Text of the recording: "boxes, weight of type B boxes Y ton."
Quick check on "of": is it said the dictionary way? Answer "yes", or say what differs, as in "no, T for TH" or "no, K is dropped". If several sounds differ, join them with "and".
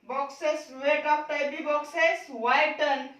no, P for V